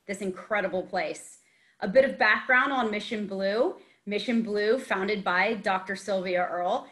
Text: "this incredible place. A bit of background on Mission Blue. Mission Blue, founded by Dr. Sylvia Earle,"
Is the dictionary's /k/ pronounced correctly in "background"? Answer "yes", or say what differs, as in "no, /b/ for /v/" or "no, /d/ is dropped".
yes